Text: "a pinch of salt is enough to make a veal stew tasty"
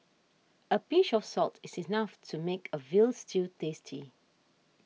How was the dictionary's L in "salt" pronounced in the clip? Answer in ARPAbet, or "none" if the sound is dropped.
L